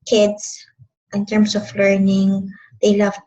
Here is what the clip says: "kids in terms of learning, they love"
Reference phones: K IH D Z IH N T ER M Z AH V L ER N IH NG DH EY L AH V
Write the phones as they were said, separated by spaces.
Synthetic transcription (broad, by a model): K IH D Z IH N T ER M S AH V L ER N IH NG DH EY L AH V